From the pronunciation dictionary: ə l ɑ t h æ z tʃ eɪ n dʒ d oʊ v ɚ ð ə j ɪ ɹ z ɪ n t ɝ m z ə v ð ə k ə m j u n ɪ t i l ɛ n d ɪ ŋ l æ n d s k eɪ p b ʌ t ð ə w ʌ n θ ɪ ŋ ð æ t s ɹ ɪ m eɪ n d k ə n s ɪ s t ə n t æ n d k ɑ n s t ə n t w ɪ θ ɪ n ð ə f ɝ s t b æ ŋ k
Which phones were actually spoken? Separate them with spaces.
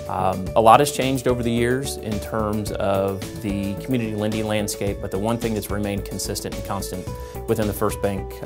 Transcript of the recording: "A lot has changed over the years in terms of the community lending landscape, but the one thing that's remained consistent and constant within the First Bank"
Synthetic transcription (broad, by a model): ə l ɑ t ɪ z tʃ eɪ n dʒ d oʊ v ɚ ð ə j ɪ ɹ z ɪ n t ɝ m z ə v ð ə k m j u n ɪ t i l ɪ n d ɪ l æ n d s k eɪ p b ʌ t ð ə w ʌ n θ ɪ ŋ ð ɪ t s ɹ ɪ m eɪ n k n s ɪ s t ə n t n k ɑ n s t ə n t w ɪ θ ɪ n ð ə f ɝ s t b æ ŋ k